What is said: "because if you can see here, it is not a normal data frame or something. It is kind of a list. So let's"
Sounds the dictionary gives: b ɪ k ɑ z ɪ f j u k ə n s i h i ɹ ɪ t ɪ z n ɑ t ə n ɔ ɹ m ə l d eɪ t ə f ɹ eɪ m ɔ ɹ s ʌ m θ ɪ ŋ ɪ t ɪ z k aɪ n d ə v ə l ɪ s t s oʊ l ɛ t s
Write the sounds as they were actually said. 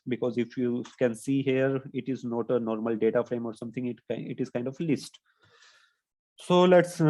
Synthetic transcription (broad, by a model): b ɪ k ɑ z ɪ f j u k ə n s i h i ɹ ɪ t ɪ z n ɑ t ə n ɔ ɹ m ə l d eɪ t ə f ɹ eɪ m ɔ ɹ s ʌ m t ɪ ŋ ɪ t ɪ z k aɪ n d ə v l ɪ s t s oʊ l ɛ t s